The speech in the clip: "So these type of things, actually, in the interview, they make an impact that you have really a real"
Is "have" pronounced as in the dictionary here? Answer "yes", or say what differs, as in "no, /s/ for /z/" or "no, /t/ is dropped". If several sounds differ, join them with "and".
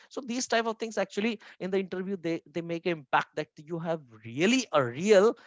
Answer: yes